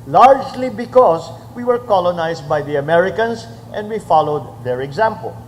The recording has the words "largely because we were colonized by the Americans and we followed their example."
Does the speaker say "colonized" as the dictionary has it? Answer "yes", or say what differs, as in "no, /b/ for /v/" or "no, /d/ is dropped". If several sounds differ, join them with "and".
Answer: no, /s/ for /z/